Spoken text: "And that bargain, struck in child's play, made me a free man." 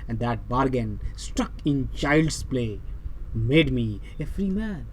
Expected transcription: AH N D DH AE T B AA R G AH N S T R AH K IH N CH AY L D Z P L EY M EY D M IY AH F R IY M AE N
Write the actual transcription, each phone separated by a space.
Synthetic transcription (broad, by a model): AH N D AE T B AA R G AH N S T AH K IH N CH AY L D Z P L EY M EY D M IY AH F R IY M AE N